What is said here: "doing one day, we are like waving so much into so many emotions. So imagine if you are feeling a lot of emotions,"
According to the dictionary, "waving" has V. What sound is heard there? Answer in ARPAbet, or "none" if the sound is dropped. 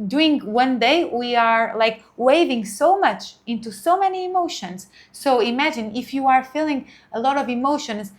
V